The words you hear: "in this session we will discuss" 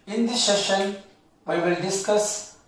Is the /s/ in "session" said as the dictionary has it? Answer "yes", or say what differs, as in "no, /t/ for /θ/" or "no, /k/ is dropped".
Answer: no, /ʃ/ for /s/